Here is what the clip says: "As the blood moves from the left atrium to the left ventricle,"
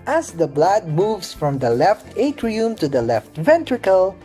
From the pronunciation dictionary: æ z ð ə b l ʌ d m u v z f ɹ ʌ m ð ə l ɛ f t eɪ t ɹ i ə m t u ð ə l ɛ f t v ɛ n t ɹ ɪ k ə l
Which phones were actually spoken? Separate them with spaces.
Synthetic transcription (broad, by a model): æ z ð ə b l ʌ d m u v s f ɹ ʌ m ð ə l ɛ f t eɪ t ɹ i ə m t u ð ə l ɛ f t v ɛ n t ɹ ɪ k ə l